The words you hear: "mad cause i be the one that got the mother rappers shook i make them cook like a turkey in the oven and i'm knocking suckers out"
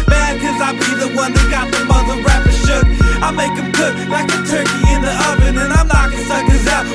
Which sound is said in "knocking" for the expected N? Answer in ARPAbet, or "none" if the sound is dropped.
L